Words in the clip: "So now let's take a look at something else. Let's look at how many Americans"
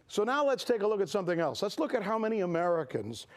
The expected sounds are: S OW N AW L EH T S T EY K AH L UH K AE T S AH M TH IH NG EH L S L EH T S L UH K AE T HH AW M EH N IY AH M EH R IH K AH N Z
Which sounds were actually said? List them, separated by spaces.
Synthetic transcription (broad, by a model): S OW N AW L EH T S T EY K AH L UH K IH T S AH M TH IH NG EH L S L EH T S L UH K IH T HH AW M EH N IY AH M EH R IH K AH N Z